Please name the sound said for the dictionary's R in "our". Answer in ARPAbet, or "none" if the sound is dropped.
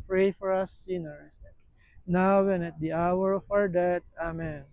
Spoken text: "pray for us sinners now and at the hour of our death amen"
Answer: R